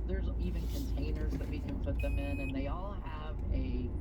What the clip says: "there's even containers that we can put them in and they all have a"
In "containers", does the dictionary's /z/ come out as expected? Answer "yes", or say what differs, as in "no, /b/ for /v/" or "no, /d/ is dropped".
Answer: yes